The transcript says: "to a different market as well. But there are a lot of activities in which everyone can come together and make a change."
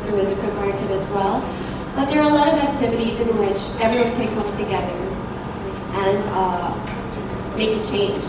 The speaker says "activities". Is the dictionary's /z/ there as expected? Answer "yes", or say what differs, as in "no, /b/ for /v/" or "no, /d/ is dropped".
yes